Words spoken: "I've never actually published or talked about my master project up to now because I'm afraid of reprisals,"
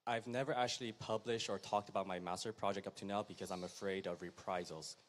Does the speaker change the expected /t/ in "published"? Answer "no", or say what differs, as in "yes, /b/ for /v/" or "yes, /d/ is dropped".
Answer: no